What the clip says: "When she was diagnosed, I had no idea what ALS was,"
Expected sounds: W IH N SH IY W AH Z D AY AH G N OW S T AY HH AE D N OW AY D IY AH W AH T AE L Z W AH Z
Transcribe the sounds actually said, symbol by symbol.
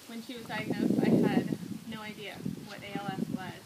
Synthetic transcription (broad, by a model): W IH N SH IY W AH Z D AY AH G N OW S T AY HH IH D N OW AY D IY AH W AH T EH L S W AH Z